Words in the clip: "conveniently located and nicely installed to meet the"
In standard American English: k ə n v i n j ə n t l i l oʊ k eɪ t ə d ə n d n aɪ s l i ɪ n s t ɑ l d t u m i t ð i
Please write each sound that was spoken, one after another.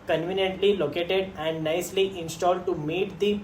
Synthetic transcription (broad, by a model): k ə n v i n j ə n t l i l oʊ k eɪ t ə d ə n d n aɪ s l i ɪ n s t ɑ l d t u m i t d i